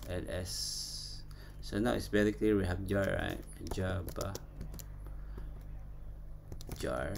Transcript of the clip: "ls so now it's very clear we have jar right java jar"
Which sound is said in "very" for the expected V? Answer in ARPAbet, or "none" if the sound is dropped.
B